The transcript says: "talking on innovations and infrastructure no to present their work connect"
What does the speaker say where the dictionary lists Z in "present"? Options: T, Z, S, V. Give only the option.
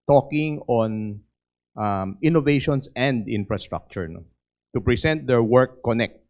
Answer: S